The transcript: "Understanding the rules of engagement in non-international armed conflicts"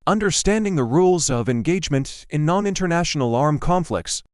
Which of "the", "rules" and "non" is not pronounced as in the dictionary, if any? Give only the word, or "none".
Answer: none